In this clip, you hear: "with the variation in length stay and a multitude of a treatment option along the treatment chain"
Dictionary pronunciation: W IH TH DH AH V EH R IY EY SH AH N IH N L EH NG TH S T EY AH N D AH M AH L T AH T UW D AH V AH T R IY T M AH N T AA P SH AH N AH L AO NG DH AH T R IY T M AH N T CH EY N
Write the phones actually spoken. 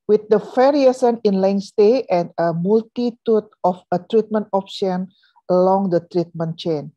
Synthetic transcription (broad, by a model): W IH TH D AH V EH R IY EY S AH N IH N L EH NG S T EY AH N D AH M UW L T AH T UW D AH F AH T R IY T M AH N T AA P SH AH N AH L AO NG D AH T R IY T M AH N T CH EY N